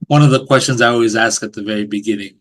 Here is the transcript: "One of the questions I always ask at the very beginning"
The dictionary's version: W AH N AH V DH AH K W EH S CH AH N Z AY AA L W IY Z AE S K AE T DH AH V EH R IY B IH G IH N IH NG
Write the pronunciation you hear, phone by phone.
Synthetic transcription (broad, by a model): W AH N AH V DH AH K W EH S CH AH N Z AY AA L W IY Z AE S K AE T DH AH V EH R IY B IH G IH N IH NG